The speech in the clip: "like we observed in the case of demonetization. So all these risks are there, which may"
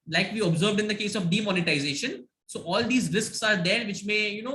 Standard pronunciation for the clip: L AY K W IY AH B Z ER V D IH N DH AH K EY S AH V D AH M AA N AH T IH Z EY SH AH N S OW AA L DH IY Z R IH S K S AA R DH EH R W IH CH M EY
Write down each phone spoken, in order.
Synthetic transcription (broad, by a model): L AY K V IY AH B Z ER V D IH N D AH K EY S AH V D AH M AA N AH T IH Z EY SH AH N S OW AA L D IY Z R IH S K S AA R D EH R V IH CH M EY